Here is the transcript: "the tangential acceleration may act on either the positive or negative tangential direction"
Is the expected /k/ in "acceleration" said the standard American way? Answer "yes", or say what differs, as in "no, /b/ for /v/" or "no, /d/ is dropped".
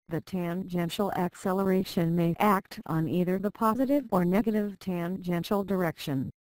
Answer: yes